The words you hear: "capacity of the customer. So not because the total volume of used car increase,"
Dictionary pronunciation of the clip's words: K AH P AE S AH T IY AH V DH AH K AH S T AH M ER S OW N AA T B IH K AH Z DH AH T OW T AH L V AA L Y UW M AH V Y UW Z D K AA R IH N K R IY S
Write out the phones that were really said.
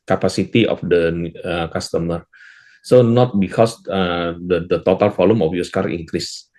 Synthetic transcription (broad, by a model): K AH P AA S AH T IY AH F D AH K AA S T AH M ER S OW N AA T B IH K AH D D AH T OW T AH L F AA L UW M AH F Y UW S K AA R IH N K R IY S